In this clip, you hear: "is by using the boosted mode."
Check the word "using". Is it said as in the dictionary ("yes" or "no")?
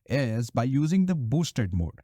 yes